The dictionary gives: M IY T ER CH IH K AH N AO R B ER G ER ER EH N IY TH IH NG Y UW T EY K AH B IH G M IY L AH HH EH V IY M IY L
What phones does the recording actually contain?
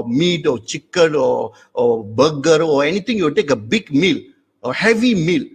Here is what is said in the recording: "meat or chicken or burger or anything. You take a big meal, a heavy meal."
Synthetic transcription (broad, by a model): M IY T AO CH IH K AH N AO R B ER G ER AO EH N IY T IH NG Y UW T EY K AH B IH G M IY L AH HH EH V IY M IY L